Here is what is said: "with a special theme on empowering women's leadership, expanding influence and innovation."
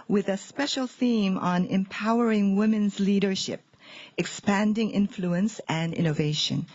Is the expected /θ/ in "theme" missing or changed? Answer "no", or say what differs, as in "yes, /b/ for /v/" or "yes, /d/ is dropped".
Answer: no